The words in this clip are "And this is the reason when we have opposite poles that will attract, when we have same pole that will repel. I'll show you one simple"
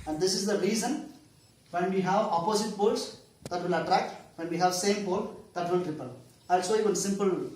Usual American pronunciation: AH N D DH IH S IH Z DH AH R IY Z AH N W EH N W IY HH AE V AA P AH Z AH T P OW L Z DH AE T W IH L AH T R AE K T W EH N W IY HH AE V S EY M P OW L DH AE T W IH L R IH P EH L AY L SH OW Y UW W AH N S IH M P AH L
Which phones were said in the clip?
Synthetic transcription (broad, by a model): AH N D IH S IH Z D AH R IY Z AH N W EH N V IY HH AE V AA P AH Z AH T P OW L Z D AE T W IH L AH T R AE K T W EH N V IY HH AE V S EY M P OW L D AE T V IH L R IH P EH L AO L S OW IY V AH N S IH M P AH L